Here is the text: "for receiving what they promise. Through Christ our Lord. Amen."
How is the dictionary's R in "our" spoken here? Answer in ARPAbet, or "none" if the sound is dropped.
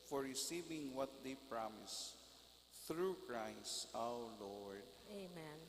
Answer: W